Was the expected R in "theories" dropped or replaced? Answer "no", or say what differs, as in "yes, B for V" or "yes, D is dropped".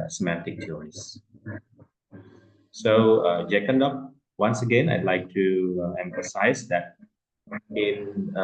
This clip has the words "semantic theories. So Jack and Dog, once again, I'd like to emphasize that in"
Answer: yes, R is dropped